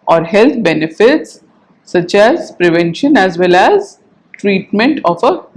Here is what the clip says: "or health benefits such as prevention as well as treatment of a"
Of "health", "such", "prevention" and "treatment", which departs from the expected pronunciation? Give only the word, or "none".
health